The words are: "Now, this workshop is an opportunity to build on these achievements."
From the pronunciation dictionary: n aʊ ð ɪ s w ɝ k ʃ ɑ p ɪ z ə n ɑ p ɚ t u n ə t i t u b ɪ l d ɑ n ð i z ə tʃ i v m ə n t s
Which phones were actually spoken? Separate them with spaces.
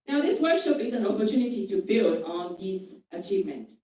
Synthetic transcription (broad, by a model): n aʊ ð ɪ s w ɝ k ʃ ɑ p ɪ z ə n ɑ p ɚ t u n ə t i t u b ɪ l d ɑ n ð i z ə tʃ i v m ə n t